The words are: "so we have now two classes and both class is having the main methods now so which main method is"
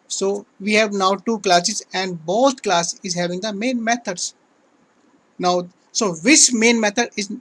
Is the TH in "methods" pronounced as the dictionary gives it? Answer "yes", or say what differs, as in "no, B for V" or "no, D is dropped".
no, T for TH